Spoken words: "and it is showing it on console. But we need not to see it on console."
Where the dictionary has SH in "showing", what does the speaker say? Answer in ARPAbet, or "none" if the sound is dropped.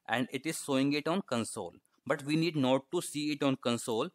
S